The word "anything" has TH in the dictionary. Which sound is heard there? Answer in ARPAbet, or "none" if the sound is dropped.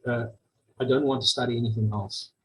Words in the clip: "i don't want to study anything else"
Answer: TH